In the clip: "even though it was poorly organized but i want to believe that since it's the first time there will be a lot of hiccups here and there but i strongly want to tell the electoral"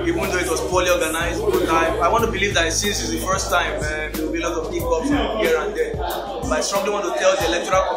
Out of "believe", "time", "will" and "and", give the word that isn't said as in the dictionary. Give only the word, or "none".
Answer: will